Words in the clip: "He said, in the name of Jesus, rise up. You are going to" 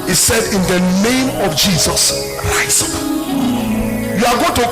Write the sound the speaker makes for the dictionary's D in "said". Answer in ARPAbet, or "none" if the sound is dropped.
D